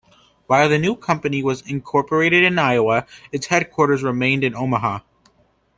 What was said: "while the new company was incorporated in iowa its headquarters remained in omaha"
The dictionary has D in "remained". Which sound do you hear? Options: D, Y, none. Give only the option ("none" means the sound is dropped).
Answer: D